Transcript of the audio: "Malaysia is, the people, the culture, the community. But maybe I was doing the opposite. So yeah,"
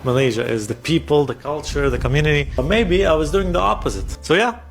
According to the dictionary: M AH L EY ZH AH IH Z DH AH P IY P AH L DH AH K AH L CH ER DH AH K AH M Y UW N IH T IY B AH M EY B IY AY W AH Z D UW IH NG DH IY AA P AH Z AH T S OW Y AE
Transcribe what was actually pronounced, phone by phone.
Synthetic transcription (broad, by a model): M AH L EY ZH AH IH Z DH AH P IY P AH L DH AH K AH L CH ER DH AH K AH M Y UW N IH T IY M EY B IY AY W AH Z D UW IH NG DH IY AA P AH Z AH T S OW Y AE